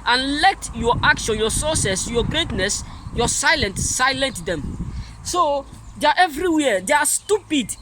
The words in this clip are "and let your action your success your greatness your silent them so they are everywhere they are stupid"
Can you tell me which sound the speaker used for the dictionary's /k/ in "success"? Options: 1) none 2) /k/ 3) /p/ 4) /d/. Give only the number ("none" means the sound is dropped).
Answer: 1